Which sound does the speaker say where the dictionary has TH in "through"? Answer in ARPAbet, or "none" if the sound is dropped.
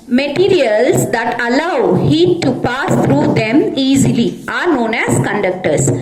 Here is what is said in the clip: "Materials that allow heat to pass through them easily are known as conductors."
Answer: T